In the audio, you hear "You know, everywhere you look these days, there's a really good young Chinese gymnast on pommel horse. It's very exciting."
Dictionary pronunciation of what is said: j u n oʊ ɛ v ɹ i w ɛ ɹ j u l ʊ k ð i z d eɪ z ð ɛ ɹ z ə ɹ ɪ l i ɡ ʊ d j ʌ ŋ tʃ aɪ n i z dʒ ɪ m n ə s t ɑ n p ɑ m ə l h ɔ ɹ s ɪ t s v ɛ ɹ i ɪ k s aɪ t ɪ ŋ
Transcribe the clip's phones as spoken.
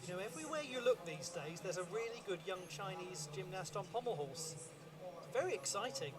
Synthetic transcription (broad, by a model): j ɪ n oʊ ɛ v ɹ i w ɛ j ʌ l ʊ k ð i z d eɪ z ð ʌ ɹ z ə ɹ ɪ l i ɡ ʊ d j ʌ ŋ tʃ aɪ n i z dʒ ɪ m n ə s t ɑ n p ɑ m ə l h ɔ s s v ɛ ɹ i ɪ k s aɪ t ɪ ŋ